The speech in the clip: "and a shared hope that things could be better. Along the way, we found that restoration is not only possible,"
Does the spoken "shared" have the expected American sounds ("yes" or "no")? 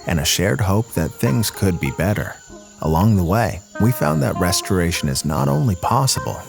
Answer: yes